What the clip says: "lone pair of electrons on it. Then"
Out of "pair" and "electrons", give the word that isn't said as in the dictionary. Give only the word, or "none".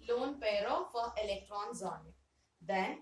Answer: none